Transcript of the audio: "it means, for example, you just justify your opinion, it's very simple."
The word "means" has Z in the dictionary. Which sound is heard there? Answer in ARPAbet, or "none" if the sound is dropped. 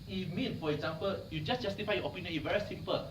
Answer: none